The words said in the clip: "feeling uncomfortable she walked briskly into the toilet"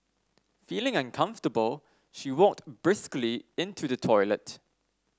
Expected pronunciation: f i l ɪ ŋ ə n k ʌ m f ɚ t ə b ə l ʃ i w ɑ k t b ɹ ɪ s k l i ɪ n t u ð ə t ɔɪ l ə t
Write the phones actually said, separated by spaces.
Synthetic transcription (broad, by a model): f i l ɪ ŋ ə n k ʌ m f t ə b ə l ʃ i w ɑ k t b ɹ ɪ s k l i ɪ n t u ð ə t ɔɪ l ə t